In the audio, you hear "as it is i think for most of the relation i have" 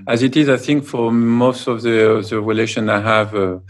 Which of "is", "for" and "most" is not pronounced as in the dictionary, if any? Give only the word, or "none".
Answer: none